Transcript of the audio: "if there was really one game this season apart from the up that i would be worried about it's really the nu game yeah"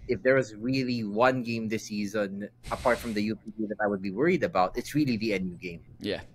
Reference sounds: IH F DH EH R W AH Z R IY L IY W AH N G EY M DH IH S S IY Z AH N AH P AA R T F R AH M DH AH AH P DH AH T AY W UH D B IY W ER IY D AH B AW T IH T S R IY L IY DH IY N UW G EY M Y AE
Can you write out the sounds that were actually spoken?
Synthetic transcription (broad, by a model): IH F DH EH R W AH Z R IY L IY W AH N G EY M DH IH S S IY Z AH N AH P AA R T F R AH M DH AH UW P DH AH T AY W UH D B IY W ER IY D AH B AW T IH T S R IY L IY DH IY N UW G EY M Y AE